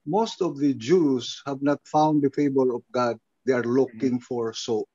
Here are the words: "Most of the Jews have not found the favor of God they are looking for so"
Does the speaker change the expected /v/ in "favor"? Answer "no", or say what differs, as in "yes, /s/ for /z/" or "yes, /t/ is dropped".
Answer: yes, /b/ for /v/